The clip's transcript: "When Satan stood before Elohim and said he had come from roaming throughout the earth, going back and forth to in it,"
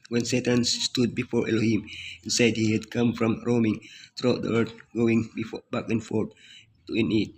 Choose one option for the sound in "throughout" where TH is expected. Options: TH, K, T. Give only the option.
T